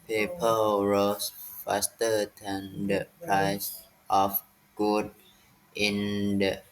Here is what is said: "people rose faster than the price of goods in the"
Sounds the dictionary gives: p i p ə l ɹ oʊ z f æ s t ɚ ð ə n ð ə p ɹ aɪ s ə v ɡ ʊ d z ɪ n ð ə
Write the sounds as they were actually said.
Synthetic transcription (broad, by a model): p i p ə l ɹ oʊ s f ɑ s t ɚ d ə n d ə p ɹ aɪ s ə f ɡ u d ɪ n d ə